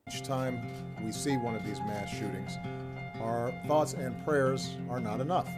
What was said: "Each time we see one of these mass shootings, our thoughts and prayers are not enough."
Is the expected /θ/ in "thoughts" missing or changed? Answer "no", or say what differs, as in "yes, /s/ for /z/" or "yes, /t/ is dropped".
no